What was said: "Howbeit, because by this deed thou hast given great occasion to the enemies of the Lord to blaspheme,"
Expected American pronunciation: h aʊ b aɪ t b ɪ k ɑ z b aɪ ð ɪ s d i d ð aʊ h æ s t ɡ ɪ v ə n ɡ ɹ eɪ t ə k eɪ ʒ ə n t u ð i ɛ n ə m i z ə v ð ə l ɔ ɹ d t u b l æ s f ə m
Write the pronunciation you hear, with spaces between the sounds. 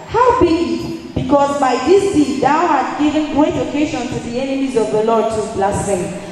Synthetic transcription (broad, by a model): h aʊ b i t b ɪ k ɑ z b aɪ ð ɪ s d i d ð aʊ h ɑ t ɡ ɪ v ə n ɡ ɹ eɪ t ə k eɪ ʃ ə n t u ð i ɛ n ə m i z ə v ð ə l ɔ d t u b l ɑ s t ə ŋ